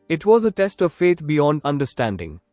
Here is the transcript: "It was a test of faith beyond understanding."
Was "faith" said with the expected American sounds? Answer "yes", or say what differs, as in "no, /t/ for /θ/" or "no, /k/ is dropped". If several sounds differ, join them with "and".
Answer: no, /t/ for /θ/